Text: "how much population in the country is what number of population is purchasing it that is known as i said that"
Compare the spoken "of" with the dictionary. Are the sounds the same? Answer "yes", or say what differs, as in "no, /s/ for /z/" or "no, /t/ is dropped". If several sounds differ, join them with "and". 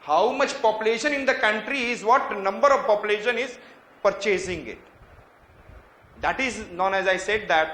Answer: yes